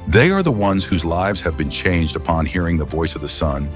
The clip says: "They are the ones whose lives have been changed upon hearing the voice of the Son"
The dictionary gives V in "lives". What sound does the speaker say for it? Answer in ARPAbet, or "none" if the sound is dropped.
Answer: V